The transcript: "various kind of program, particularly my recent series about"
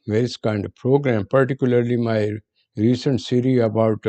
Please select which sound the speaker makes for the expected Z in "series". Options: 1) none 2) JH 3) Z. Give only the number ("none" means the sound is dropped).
1